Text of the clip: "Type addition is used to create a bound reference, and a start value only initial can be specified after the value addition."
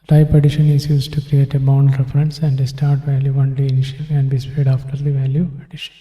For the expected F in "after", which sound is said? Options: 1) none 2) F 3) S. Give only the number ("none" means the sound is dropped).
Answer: 1